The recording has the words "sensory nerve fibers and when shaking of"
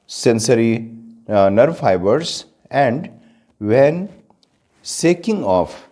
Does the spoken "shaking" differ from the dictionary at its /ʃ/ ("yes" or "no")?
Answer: yes